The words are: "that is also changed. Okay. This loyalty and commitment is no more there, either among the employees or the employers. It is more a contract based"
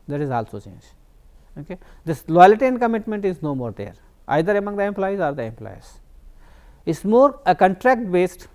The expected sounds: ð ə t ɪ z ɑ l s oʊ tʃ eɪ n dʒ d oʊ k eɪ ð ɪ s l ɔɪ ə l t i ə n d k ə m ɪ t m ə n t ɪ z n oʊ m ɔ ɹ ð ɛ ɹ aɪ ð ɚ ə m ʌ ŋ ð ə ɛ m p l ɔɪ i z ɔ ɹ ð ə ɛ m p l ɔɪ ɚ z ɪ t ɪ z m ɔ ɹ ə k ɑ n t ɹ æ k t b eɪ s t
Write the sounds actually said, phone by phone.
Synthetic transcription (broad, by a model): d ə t ɪ z ɑ l s oʊ tʃ eɪ n dʒ oʊ k eɪ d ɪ s l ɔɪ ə l t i ə n d k ə m ɪ t m ə n t ɪ z n oʊ m ɔ ɹ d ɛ ɹ aɪ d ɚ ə m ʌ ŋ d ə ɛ m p l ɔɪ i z ɔ ɹ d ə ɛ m p l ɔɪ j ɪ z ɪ s m ɔ ɹ ə k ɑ n t ɹ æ k t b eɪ s t